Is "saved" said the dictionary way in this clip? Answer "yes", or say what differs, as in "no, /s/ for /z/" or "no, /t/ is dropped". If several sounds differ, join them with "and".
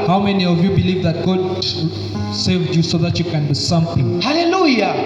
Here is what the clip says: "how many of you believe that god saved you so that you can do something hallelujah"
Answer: yes